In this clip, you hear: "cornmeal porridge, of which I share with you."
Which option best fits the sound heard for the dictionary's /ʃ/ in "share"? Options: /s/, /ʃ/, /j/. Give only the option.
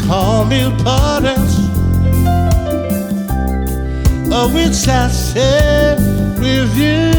/s/